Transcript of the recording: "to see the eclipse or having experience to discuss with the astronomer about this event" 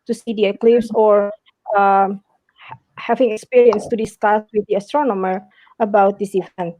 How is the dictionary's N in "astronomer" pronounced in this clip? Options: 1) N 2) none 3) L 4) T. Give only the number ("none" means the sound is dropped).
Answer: 1